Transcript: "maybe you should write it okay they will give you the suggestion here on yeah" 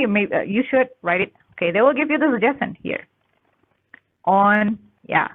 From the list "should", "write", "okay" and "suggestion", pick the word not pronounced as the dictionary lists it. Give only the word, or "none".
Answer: suggestion